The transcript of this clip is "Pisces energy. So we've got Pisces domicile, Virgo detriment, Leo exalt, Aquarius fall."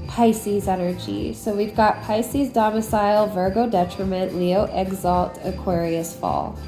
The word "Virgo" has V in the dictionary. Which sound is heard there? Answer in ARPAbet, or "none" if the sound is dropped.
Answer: V